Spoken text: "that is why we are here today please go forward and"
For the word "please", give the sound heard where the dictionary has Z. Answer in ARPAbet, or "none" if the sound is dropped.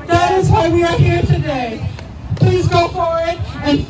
Z